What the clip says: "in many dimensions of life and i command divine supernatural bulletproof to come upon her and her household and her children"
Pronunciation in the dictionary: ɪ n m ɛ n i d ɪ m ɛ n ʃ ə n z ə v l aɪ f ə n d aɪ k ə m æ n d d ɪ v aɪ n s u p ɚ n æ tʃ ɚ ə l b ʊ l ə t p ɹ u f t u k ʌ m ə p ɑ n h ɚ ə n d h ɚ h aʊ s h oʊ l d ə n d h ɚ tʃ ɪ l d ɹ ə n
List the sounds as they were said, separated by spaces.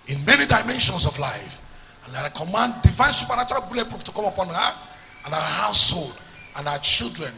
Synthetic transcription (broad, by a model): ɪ n m ɛ n i d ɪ m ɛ n ʃ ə n s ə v l aɪ f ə n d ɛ k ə m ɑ n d d ɪ v aɪ n s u p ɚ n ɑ tʃ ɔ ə l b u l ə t p ɹ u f t u k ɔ m ə p ɑ n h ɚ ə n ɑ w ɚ h aʊ s h oʊ l d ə n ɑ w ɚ tʃ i l d ɹ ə n